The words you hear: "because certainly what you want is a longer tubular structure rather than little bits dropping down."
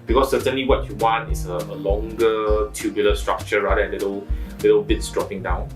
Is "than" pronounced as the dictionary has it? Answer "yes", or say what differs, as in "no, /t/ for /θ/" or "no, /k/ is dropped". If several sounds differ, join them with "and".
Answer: no, /l/ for /n/